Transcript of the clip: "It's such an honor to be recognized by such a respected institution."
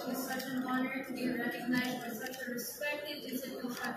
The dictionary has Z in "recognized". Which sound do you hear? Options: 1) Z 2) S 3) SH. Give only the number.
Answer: 1